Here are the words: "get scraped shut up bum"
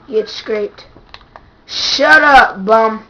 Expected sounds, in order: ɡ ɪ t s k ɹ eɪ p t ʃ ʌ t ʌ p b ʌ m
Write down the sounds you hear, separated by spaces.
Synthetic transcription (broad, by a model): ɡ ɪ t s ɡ ɹ eɪ t ʃ ʌ t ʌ b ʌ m